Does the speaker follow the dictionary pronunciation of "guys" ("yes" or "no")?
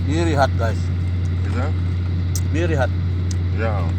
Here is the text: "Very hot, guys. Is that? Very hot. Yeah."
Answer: no